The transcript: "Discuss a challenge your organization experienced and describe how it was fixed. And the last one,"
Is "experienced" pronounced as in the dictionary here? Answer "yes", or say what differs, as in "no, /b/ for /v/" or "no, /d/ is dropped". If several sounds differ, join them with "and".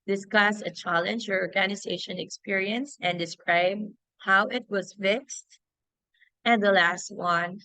no, /t/ is dropped